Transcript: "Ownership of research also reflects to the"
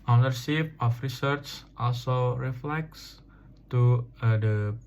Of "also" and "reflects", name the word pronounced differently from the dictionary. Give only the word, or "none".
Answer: none